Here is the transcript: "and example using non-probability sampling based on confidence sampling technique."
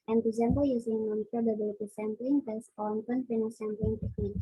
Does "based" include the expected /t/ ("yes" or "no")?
no